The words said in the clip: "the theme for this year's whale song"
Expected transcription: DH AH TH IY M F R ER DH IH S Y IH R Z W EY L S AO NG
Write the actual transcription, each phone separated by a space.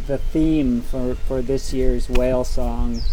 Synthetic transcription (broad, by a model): DH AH TH IY M F R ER DH IH S Y IH R Z W EY L S AO NG